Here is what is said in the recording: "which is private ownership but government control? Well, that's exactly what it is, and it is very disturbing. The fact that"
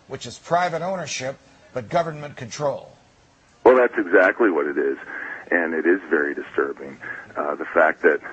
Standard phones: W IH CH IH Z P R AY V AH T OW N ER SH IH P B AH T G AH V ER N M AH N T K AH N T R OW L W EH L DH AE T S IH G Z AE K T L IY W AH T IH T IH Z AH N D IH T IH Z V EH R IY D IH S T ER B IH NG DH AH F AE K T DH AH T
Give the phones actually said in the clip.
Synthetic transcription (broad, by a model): W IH CH IH Z P R AY V AH T OW N ER SH IH P B AH T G AH V ER N M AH N K AH N T R OW L W EH L DH AE T S IH G Z AE K T L IY W AH T IH T IH Z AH N IH T IH Z V EH R IY D IH S T ER B IH NG DH AH F AE K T DH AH T